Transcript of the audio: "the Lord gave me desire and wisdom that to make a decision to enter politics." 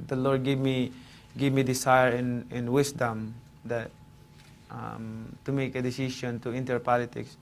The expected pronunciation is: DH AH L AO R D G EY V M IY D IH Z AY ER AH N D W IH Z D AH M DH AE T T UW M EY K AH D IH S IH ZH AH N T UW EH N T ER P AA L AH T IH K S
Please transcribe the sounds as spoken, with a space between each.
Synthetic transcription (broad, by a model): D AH L AO R D G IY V M IY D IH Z AY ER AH N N W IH S D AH M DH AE T T UW M EY K AH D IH S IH SH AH N T UW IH N T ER P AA L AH T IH K S